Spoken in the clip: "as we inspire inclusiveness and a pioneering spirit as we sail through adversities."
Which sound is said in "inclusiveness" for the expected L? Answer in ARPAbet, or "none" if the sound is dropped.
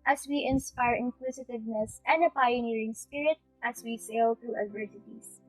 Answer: W